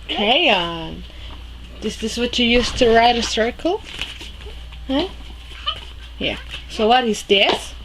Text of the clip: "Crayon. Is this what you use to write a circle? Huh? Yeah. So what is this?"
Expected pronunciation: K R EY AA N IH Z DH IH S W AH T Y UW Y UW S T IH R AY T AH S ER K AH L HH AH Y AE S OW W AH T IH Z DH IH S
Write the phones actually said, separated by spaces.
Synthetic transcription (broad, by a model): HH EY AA N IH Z DH IH S W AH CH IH Y UW S T IH R AY T AH S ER K L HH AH Y AE S OW W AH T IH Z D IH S